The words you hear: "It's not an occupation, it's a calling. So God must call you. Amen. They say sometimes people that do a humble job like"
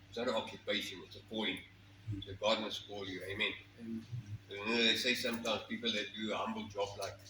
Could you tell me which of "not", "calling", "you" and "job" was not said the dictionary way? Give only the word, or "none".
calling